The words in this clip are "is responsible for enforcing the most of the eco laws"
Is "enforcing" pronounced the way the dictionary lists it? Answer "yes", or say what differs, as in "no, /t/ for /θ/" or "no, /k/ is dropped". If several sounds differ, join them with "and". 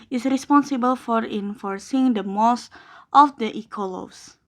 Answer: yes